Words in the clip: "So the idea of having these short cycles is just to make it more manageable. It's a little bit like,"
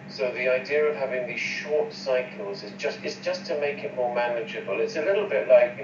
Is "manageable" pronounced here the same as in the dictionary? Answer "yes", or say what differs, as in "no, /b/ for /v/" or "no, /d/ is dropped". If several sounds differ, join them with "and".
yes